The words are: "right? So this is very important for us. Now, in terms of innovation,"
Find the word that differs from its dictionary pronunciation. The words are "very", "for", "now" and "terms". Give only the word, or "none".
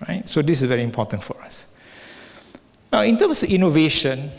terms